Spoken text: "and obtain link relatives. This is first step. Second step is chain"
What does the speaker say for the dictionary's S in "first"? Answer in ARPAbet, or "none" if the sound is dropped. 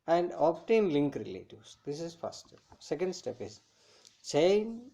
none